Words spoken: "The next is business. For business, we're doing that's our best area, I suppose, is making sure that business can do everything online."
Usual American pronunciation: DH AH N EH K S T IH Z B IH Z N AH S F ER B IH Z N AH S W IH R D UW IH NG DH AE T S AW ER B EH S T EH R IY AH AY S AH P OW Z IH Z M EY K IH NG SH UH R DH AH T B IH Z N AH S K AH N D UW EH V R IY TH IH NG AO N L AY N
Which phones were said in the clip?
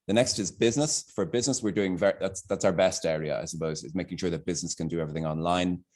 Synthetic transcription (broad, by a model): DH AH N EH K S T IH Z B IH Z N AH S F ER B IH Z N AH S W IH R D UW IH NG DH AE T S AW ER B EH S T EH R IY AH AY S AH P OW Z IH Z M EY K IH NG SH UH R DH AH T B IH Z N AH S K AH N D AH EH V R IY TH IH NG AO N L AY N